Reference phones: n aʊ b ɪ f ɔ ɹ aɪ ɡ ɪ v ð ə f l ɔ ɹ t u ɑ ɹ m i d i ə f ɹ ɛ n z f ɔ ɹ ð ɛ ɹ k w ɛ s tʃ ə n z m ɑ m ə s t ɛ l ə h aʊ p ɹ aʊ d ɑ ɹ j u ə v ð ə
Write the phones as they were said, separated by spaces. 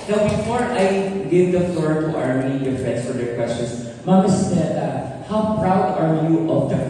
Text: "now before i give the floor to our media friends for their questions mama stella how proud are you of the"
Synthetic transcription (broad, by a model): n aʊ b ɪ f ɔ ɹ aɪ ɡ ɪ v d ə f l ɔ ɹ t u ɑ ɹ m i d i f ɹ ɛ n s f ɔ ɹ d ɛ ɹ k w ɛ s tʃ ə n s m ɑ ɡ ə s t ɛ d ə h aʊ p ɹ aʊ d ɑ ɹ j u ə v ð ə